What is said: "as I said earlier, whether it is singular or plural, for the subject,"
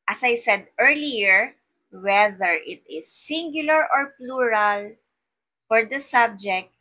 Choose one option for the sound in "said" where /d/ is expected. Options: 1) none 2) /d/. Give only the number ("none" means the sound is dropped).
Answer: 2